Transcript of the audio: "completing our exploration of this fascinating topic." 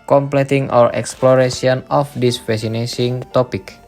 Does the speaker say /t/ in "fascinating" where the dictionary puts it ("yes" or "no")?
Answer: no